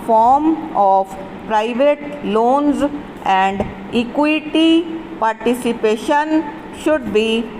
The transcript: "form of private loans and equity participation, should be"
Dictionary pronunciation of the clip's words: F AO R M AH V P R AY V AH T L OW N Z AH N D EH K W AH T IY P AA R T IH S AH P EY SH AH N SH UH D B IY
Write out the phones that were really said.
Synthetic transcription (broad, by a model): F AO R M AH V P R AY V AH T L OW N Z AH N D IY K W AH T IY P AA R T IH S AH P EY SH AH N SH UH D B IY